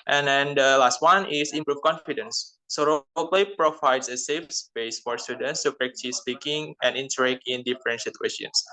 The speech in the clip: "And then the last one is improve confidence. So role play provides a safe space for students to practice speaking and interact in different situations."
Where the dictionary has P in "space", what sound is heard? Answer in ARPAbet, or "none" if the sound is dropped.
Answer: B